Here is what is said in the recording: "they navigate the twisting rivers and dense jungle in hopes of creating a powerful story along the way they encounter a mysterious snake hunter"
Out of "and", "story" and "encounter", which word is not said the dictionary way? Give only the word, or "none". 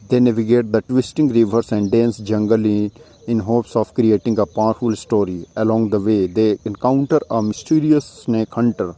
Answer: none